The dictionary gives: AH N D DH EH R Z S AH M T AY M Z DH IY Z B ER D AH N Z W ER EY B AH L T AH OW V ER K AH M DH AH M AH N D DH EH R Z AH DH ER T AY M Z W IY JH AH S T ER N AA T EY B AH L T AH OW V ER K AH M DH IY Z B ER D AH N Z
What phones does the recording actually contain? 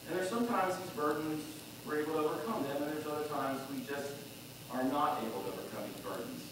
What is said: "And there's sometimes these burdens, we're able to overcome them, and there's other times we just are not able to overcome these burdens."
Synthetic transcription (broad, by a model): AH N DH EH R S AH M T AY M Z DH IY Z B ER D N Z W ER EY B L T AH OW V ER K AH M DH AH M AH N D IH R AH DH ER T AY M Z W IY JH AH S T ER N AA T EY B L T AH OW V ER K AH M DH IY Z B ER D N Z